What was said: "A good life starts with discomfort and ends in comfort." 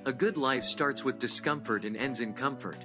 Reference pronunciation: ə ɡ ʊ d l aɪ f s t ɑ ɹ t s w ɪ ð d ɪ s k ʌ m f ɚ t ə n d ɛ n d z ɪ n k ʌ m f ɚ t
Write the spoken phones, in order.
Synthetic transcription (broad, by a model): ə ɡ ʊ d l aɪ f s t ɑ ɹ t s w ɪ ð d ɪ s k ʌ m f ɚ t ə n ɛ n d z ɪ n k ʌ m f ɚ t